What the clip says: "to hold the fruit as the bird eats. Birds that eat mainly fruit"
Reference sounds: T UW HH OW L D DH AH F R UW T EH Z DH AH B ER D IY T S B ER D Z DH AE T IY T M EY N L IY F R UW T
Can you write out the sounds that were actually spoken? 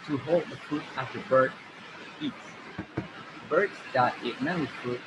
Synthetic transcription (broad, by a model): T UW HH OW L D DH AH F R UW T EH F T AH B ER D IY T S B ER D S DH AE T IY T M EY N IY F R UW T